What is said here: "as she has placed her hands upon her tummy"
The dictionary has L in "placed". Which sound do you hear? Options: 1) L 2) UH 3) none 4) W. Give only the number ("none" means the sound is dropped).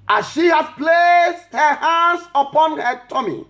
1